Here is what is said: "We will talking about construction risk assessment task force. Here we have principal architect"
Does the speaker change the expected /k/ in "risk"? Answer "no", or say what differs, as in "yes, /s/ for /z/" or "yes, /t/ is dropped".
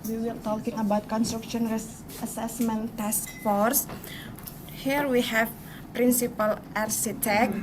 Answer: yes, /k/ is dropped